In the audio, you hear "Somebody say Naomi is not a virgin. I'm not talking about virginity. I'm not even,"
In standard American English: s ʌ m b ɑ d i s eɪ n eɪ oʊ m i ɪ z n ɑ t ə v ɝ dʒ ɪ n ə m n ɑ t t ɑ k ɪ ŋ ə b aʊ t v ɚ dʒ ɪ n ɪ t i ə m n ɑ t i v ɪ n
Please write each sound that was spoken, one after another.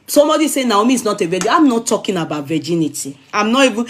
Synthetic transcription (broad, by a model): s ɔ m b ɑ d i s eɪ n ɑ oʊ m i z n ɑ t ə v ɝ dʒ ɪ ə m n ɑ t t ɑ k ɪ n ə b aʊ t v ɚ dʒ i n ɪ t i ə m n ɑ t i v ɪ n